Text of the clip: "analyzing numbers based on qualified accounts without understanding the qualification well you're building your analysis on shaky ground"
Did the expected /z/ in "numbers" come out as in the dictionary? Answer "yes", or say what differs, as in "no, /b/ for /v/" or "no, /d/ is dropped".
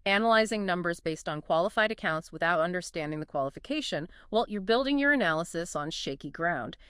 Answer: yes